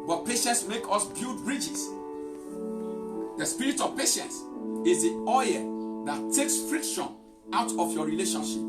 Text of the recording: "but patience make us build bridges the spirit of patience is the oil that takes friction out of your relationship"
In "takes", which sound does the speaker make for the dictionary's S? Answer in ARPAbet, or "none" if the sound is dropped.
S